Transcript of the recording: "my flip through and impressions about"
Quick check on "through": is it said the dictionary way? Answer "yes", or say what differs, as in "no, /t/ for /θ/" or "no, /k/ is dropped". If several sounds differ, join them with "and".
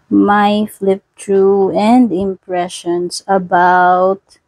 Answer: no, /t/ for /θ/